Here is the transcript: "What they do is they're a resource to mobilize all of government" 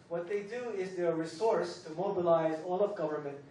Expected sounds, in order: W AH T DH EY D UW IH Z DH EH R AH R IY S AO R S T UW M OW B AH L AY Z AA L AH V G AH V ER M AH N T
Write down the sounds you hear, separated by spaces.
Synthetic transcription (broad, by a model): W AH T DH EY D UW IH Z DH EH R R IY S AO R S T UW M OW B AH L AY Z AA L AH V G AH V ER M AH N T